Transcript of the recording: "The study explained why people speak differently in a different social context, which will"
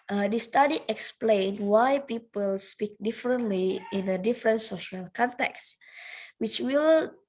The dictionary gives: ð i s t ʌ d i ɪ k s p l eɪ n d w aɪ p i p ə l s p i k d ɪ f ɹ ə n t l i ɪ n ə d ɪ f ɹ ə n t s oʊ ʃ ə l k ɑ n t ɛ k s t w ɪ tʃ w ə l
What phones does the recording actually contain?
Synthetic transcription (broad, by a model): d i s t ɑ d i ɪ k s p l eɪ n w aɪ p i p ə l s p i k d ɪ f ɹ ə n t l i ɪ n ə d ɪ f ɹ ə n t s oʊ ʃ ə l k ɑ n t ɛ k s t w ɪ tʃ w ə l